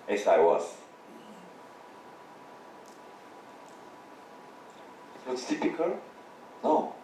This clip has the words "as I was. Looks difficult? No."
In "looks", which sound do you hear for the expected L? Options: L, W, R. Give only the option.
W